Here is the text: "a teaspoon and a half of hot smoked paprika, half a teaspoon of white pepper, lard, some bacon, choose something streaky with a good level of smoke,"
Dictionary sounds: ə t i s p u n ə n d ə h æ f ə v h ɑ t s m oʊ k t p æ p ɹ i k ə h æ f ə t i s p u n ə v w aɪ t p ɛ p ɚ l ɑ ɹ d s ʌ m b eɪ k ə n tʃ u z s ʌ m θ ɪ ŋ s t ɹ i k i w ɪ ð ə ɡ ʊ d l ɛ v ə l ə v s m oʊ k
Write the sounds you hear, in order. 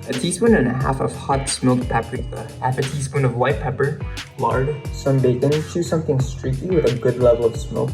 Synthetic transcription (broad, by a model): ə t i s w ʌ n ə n ə h æ f ə v h ɑ t s m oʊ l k p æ p ʌ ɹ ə h æ f ə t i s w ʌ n ə v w aɪ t p ɛ p ɚ l ɑ ɹ d s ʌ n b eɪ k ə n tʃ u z s ʌ m θ ɪ ŋ s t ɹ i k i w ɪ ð ə ɡ ʊ d l ɛ v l ə v s m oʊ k